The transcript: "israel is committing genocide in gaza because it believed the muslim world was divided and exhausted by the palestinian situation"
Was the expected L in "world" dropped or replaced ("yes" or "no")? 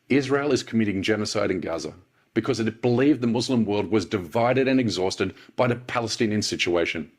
no